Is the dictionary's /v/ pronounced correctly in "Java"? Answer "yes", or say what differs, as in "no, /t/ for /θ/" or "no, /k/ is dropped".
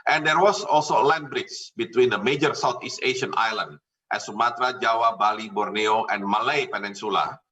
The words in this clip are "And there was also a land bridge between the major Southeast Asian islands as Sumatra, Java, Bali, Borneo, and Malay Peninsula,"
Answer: no, /w/ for /v/